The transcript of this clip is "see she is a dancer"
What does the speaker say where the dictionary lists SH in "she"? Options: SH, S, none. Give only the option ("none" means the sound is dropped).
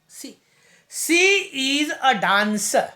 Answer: S